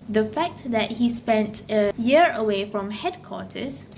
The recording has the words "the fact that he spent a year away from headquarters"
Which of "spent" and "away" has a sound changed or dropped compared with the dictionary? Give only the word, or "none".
none